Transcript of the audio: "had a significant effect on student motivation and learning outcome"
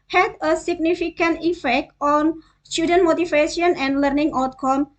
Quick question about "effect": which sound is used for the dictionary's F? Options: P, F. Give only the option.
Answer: F